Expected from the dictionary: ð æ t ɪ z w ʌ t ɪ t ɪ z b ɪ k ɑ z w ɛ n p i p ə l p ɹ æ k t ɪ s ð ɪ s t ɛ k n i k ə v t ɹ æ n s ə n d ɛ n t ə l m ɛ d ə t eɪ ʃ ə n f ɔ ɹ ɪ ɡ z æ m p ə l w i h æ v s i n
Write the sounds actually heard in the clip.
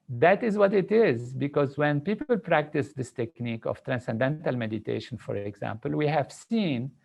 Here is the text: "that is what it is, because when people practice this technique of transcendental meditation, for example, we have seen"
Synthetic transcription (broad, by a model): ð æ t ɪ z w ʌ t ɪ t ɪ z b ɪ k ɑ z w ɛ n p i p ə l p ɹ æ k t ɪ s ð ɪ s t ɛ k n i k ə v t ɹ æ n s ə n d ɛ n t ə l m ɛ d ə t eɪ ʃ ə n f ɔ ɹ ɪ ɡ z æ m p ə l w i h æ v s i n